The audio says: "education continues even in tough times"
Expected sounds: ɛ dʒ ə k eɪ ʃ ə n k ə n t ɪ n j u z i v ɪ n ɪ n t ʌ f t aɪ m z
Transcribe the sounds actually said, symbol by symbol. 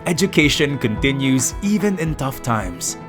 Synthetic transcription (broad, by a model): ɛ dʒ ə k eɪ ʃ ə n k ə n t ɪ n j u z i v ɪ n ɪ n t ʌ f t aɪ m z